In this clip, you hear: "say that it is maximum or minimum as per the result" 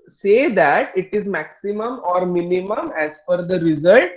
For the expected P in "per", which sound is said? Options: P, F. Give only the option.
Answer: F